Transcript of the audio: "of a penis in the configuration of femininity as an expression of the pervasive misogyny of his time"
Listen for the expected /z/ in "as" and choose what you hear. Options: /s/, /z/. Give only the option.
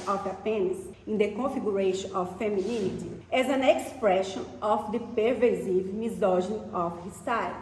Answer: /z/